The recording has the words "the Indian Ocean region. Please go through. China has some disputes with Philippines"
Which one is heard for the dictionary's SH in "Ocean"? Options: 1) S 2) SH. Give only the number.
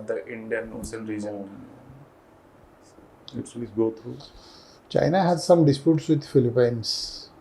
1